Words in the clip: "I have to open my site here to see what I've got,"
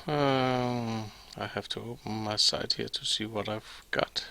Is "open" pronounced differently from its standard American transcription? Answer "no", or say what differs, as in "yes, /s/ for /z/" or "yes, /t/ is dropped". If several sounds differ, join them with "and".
no